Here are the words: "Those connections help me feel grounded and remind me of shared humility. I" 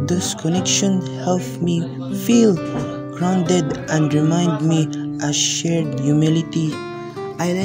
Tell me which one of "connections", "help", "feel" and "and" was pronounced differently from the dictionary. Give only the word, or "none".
connections